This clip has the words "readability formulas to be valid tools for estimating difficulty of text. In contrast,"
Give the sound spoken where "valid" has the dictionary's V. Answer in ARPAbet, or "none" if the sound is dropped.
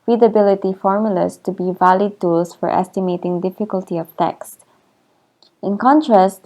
V